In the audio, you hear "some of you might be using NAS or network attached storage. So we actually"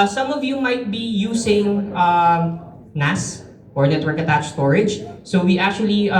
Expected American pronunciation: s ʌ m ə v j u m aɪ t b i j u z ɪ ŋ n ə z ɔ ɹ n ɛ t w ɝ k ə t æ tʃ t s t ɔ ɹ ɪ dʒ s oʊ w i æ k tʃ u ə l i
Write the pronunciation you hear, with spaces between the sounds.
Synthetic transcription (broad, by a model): s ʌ m ə v j u m aɪ t b i j u s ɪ ŋ n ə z ɔ ɹ n ɛ t w ɝ k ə t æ tʃ s t ɔ ɹ ɪ dʒ s oʊ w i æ k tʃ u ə l i